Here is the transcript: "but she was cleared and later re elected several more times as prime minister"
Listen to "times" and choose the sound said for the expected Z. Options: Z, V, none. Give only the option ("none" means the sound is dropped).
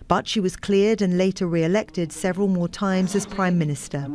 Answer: Z